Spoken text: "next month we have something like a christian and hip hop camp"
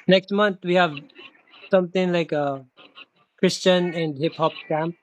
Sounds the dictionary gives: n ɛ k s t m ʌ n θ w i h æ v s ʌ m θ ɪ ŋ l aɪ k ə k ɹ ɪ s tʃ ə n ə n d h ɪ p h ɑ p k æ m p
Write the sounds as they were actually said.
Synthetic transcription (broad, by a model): n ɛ k s t m ʌ n t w i h æ v s ʌ m t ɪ ŋ l aɪ k ə k ɹ ɪ s tʃ ə n ə n d h ɪ p h ɑ p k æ m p